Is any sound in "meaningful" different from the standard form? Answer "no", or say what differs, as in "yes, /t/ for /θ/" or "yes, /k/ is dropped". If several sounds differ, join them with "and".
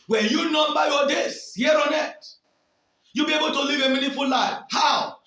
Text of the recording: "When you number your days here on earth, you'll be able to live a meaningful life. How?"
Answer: yes, /ŋ/ is dropped